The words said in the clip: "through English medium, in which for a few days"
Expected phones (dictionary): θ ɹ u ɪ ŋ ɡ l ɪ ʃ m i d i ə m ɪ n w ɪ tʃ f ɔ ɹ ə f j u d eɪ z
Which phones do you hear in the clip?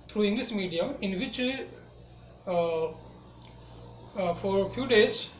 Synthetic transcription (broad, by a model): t ɹ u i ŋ ɡ l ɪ s m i d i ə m ɪ n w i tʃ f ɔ ɹ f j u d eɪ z